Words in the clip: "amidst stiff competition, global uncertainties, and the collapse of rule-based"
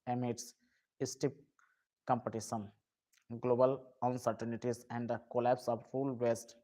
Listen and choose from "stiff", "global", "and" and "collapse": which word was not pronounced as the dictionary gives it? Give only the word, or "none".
stiff